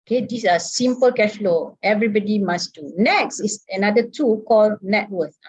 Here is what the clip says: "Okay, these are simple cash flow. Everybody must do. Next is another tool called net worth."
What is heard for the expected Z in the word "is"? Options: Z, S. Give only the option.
S